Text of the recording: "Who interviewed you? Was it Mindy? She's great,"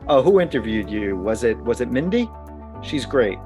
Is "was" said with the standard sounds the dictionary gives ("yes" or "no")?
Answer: yes